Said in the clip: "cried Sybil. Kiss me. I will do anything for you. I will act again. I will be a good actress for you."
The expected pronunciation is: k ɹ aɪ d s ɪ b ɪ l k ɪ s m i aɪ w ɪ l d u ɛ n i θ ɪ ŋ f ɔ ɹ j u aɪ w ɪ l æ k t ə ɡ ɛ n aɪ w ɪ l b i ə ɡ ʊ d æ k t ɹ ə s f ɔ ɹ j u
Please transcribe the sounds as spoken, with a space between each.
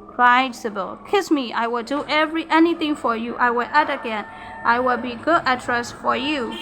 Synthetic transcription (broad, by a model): k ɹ aɪ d s ɪ b ɪ l k ɪ s m i aɪ w ɪ l d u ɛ n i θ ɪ ŋ f ɔ ɹ j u aɪ w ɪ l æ t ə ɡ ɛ n aɪ w ɪ l b i ɡ ʊ d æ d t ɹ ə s f ɔ ɹ j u